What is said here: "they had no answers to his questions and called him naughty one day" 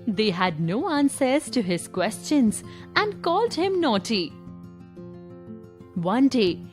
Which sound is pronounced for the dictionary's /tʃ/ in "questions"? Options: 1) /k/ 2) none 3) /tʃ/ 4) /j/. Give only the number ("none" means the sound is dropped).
3